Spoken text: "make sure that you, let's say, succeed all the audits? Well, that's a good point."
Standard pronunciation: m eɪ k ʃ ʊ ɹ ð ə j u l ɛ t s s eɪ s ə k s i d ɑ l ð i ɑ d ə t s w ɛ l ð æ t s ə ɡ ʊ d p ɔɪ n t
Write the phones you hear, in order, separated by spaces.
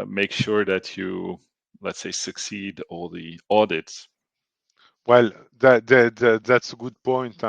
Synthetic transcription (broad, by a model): m eɪ k ʃ ʊ ɹ ð ə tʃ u l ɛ t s s eɪ s ə k s i d ɑ l ð i ɑ d ə t s w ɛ l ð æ t s ə ɡ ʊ d p ɔɪ n t